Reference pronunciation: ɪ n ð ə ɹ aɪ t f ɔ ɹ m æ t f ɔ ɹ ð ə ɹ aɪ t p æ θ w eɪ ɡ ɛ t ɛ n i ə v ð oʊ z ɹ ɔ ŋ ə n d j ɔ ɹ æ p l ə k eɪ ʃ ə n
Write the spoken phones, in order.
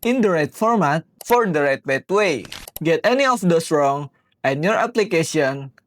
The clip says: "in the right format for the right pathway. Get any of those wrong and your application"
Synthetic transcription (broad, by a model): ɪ n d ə ɹ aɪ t f ɔ ɹ m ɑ t f ɔ ɹ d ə ɹ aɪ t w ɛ t w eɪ ɡ ɛ t ɛ n i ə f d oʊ s ɹ ɔ ŋ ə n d j ɔ ɹ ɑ p l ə k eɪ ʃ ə n